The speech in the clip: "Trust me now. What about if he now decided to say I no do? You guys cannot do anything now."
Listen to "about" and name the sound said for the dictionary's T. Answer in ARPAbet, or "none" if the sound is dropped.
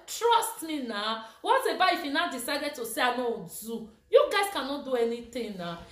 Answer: none